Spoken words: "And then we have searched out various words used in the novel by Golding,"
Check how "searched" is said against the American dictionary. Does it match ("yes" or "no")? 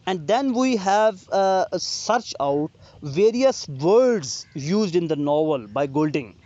no